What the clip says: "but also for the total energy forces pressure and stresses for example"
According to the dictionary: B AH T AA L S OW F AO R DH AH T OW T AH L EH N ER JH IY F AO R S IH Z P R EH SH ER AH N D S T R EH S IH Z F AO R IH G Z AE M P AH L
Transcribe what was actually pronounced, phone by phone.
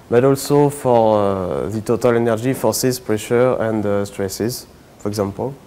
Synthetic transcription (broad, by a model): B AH T AA L S OW F AO R DH AH T OW T AH L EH N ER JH IY F AO R S IH Z P R EH SH ER AH N D S T R EH S IH Z F AO R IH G Z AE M P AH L